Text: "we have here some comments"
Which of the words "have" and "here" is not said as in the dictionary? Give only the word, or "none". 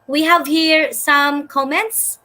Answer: none